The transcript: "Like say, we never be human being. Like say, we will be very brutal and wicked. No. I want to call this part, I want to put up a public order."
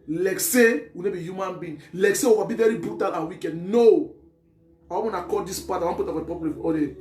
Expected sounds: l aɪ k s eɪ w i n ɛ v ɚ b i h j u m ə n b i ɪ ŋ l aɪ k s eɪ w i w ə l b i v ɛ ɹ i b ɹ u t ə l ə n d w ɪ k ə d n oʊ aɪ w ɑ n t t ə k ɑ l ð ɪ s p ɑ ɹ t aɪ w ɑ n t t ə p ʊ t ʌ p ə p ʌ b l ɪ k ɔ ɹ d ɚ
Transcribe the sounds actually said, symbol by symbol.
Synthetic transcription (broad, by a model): l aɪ k s eɪ w i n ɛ b i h j u m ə n b i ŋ l aɪ k s eɪ w i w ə b i v ɛ ɹ i b ɹ u t ə l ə w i k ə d n oʊ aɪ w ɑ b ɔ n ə k ɑ l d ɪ s p ɑ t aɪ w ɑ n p t ə f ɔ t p ə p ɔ l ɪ ɔ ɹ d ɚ